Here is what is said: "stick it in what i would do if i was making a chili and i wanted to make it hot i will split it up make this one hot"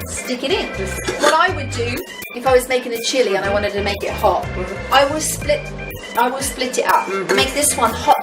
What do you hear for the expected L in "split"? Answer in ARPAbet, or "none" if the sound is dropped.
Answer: L